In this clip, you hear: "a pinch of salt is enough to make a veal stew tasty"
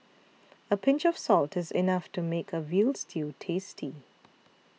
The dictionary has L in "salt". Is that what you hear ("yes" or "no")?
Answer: yes